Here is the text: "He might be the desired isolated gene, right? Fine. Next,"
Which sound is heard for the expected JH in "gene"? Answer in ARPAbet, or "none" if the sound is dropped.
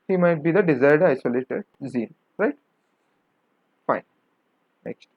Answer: Z